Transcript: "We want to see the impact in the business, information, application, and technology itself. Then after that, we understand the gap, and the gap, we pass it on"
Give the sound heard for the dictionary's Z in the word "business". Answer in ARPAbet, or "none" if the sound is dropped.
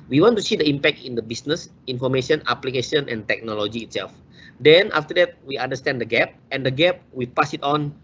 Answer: S